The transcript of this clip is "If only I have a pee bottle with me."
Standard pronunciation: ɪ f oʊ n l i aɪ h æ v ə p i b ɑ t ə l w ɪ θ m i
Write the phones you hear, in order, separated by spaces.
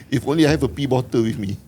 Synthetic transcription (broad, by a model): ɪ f oʊ n l i aɪ h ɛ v ə p i b ɑ t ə w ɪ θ m i